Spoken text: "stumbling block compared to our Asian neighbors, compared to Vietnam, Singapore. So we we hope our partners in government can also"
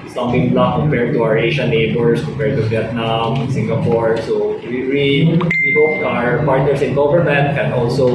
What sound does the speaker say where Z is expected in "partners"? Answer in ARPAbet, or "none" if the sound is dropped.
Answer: S